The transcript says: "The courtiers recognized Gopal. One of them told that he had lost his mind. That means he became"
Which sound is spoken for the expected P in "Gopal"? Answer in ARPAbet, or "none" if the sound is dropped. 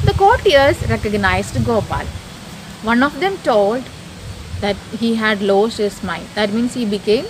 P